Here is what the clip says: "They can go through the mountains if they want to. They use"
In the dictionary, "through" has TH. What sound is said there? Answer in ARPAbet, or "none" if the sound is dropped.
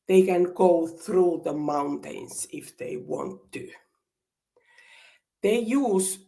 TH